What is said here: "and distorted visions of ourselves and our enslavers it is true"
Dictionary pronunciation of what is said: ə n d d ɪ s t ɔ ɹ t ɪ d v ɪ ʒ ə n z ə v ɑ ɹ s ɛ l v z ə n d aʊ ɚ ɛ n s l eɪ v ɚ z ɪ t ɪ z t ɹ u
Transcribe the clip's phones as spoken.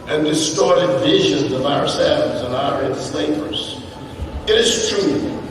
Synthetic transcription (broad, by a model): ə n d d ɪ s t ɔ ɹ t ɪ d v ɪ ʒ ə n z ə v ɑ ɹ s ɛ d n z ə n aʊ ɚ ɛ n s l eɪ p ɚ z ɪ t ɪ z t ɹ u